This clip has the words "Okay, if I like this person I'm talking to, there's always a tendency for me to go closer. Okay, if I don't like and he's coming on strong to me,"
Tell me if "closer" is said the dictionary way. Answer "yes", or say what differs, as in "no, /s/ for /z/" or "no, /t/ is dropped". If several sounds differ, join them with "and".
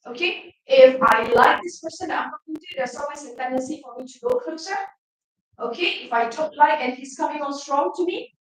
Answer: no, /l/ is dropped